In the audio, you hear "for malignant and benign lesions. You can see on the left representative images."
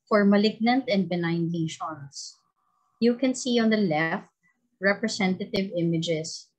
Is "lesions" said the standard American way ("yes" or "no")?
no